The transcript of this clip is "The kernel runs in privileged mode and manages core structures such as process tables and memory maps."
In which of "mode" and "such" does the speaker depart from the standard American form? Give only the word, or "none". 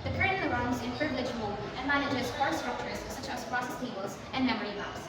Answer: mode